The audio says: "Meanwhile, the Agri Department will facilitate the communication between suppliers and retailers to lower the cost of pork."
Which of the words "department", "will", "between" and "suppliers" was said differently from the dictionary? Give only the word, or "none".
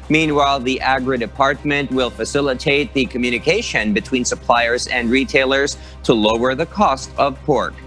none